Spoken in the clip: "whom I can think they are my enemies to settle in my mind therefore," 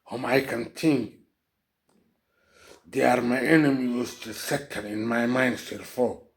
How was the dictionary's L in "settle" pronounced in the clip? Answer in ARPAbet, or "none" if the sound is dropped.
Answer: N